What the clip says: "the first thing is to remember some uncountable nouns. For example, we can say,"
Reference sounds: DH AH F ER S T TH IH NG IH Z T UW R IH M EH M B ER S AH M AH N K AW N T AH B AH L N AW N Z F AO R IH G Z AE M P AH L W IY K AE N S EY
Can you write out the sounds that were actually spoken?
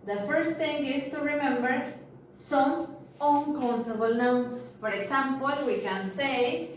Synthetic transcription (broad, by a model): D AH F ER S T T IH NG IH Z T UW R IH M EH M B ER S AH M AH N K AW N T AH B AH L N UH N S F AO R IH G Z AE M P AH L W IY K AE N S EY